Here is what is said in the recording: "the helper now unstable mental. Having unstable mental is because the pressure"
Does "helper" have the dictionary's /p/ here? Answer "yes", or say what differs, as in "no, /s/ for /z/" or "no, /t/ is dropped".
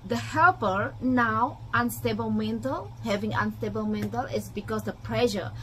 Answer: yes